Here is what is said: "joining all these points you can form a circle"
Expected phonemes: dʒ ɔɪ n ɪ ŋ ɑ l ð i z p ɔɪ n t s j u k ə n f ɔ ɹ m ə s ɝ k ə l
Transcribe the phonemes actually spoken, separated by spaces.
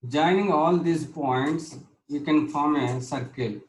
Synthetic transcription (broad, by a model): dʒ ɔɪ n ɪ ŋ ɑ l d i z p ɔɪ n t s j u k ə n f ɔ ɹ m ə s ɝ k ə l